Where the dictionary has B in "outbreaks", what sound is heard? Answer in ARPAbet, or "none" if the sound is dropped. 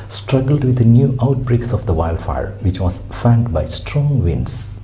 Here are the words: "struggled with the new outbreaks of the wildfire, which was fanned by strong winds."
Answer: B